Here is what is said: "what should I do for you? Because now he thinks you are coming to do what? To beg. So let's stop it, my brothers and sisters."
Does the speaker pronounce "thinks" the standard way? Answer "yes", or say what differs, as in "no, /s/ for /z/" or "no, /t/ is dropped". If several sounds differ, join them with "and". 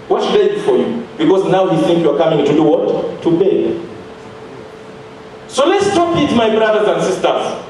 no, /s/ is dropped